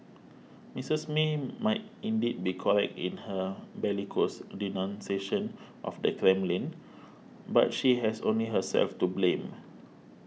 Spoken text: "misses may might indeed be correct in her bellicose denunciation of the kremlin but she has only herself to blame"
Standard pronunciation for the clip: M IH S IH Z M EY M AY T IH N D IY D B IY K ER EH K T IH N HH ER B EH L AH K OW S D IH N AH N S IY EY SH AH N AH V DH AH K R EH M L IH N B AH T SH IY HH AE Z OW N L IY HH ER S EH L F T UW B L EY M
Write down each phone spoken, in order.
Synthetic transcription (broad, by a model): M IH S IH S M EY M AY T IH N D IY D B IY K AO EH K T IH N HH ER B EH L AH K OW S D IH N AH N S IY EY SH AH N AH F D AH K R EH M L IH N B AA T SH IY HH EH S OW N L IY HH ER S EH L F T UW B L EY M